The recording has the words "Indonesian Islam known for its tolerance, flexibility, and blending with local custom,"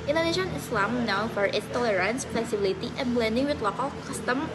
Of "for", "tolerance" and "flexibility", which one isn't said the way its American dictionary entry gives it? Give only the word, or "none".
flexibility